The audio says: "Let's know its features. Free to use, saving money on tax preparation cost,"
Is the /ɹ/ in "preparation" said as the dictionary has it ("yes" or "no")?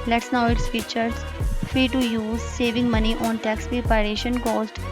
no